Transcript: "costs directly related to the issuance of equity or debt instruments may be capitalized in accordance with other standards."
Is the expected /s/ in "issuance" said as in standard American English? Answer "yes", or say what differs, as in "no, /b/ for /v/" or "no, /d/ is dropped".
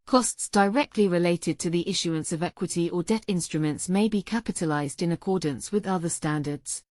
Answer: yes